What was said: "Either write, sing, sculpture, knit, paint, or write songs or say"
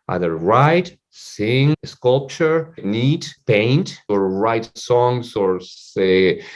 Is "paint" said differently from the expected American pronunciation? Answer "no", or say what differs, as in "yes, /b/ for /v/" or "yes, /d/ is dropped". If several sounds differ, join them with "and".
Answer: no